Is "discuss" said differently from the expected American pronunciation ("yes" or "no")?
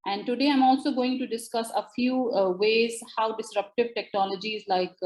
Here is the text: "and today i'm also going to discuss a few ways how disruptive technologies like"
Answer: no